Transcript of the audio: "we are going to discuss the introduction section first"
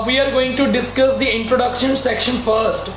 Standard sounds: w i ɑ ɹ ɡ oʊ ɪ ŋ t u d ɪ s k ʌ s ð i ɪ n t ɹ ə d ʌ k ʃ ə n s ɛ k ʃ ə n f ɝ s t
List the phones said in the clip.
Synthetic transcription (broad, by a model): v i ɑ ɹ ɡ oʊ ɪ ŋ t u d ɪ s k ʌ s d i ɪ n t ɹ ə d ʌ k ʃ ə n s ɛ k ʃ ə n f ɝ s t